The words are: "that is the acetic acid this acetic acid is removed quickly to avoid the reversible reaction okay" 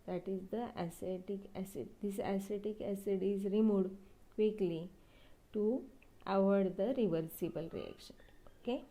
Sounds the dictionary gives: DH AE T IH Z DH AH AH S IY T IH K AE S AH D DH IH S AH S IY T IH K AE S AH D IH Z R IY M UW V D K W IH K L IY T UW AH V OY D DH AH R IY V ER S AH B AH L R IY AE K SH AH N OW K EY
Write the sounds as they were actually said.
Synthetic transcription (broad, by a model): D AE T IH Z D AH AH S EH T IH K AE S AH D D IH S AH S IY T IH K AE S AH D IH Z R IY M UW D K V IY K L IY T UW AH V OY D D AH R IY V ER S AH B AH L R IY AE K SH AH N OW K EY